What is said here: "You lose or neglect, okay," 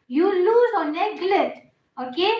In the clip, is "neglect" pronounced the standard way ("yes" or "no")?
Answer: no